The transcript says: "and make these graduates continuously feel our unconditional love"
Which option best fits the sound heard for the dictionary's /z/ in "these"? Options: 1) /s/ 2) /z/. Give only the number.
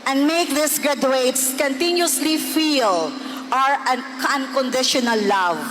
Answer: 1